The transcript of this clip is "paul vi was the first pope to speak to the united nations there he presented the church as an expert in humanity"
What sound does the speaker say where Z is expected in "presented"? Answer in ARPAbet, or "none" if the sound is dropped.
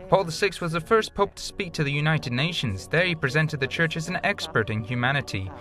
Z